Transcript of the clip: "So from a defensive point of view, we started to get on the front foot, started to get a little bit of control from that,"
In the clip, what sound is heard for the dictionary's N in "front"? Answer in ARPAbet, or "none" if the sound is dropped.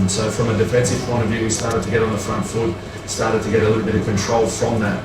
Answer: N